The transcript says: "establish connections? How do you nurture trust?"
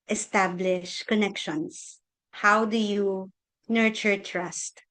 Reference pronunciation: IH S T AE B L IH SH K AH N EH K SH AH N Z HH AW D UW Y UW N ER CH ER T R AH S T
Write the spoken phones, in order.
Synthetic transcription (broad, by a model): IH S T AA B L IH SH K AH N EH K SH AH N S HH AW D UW Y UW N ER CH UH T R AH S T